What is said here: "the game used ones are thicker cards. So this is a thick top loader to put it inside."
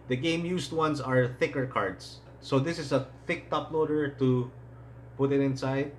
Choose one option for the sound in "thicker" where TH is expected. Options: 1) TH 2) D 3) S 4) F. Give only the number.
1